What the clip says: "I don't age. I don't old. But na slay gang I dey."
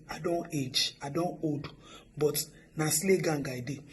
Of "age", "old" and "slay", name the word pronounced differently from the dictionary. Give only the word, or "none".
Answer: old